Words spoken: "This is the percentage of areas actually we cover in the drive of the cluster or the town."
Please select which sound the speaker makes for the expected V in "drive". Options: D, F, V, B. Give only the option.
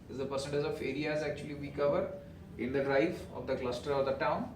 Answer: F